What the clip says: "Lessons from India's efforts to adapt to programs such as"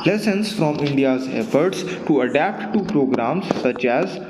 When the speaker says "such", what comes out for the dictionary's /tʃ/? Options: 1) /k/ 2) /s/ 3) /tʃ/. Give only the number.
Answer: 3